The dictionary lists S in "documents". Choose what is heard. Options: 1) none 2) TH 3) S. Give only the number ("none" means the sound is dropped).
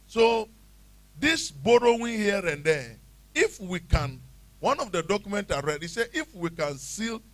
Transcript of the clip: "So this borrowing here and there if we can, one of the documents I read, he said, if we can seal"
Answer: 1